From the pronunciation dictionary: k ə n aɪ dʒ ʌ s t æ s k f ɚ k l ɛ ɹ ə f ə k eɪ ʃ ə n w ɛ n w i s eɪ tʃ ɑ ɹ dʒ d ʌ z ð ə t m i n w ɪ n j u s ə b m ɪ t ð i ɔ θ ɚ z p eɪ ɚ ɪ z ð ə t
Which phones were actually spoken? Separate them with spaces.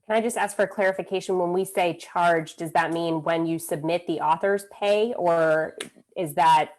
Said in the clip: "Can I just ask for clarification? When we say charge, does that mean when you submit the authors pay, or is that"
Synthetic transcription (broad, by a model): k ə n aɪ dʒ ʌ s t æ s k f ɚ k l ɛ ɹ ə f ə k eɪ ʃ ə n w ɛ n w i s eɪ tʃ ɑ ɹ dʒ d ʌ z ð ə t m i n w ɪ n j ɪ s ə b m ɪ t ð i ɔ θ ɚ z p eɪ ɚ ɪ z ð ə t